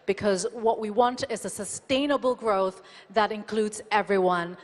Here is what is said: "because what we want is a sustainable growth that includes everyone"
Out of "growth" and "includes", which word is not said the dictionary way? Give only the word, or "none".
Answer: none